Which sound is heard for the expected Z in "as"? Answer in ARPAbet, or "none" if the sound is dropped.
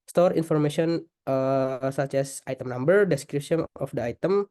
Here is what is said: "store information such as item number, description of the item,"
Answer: S